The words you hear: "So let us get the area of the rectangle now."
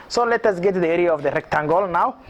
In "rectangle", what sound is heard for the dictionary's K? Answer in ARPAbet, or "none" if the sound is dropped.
K